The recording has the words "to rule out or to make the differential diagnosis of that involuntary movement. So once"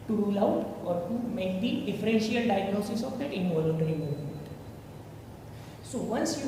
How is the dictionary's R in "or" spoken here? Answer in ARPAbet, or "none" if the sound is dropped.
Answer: R